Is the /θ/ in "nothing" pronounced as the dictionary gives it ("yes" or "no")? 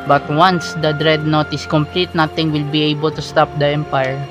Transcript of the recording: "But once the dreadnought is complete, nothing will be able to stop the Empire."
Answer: no